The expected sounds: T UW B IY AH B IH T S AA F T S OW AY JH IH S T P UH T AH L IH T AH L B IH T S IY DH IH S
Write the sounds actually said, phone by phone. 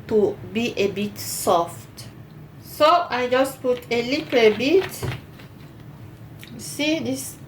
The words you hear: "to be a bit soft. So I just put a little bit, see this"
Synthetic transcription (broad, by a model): T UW B IY AH B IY T S AA F T S OW AY JH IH S P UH T AH L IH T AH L B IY T S IY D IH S